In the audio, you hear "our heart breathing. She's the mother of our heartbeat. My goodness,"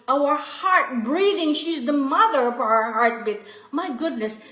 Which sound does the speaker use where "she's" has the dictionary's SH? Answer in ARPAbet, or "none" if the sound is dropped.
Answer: SH